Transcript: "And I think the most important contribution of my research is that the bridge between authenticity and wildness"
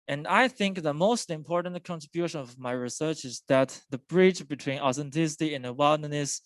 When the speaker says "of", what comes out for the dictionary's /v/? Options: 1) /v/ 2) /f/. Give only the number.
1